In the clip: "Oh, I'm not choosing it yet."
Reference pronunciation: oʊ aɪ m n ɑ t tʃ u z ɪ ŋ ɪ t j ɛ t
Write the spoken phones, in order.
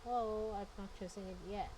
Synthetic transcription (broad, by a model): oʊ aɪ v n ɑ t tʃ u s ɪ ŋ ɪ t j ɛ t